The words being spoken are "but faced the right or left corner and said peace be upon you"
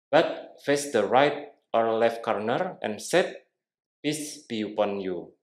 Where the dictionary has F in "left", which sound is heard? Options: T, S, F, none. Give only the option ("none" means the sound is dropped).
F